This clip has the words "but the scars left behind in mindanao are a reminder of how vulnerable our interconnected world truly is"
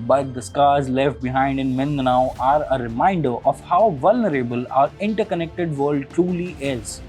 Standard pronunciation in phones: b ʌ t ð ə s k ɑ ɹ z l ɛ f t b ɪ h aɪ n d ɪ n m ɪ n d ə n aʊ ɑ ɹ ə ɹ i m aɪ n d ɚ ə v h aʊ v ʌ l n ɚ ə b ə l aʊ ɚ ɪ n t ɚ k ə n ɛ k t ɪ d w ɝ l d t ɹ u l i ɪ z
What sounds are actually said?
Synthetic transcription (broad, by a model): b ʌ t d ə s k ɑ ɹ z l ɛ f t b ɪ h aɪ n d ɪ n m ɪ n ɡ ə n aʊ ɑ ɹ ə ɹ i m aɪ n d ɚ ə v h aʊ v ʌ l n ɚ ə b ə l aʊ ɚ ɪ n t ɚ k ə n ɛ k t ɪ d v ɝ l d t ɹ u l i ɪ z